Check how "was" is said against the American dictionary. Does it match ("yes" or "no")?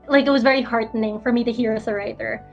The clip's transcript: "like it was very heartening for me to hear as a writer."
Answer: yes